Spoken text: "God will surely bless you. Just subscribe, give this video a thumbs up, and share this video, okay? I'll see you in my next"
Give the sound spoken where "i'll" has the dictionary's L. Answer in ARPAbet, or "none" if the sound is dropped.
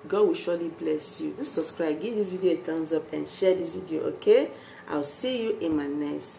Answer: W